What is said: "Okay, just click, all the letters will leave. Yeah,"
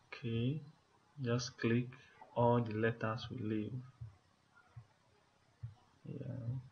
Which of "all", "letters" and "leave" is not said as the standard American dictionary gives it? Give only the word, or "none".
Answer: letters